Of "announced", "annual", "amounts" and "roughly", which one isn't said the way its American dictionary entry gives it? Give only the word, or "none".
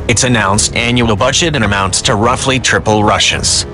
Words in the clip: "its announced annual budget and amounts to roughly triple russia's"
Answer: none